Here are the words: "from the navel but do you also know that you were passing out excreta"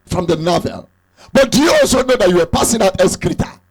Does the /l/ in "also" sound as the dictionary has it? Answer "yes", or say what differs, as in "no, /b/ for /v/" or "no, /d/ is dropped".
yes